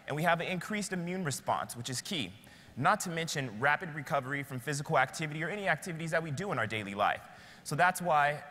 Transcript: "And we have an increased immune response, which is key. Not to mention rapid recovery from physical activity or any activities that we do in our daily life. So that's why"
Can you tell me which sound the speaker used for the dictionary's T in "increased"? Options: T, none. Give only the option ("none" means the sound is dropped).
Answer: T